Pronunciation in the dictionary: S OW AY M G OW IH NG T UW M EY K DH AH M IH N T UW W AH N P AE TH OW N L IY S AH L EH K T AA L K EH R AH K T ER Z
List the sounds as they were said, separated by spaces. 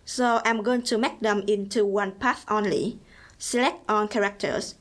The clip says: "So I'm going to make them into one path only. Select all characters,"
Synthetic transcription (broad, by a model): S OW AY M G OW IH NG T UW M EY K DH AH M IH N T UW W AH N P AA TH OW N L IY S AH L EH K T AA N K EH R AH K T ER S